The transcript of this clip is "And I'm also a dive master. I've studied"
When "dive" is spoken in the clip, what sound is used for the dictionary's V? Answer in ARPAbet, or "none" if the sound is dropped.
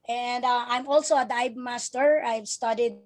B